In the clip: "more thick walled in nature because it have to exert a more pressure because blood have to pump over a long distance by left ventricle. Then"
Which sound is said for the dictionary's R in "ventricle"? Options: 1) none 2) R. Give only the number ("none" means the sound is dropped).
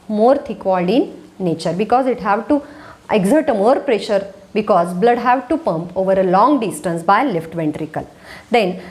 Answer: 2